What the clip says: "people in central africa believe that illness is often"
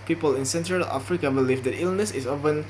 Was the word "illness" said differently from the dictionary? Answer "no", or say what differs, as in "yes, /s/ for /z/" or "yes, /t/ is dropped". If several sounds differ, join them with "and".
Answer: no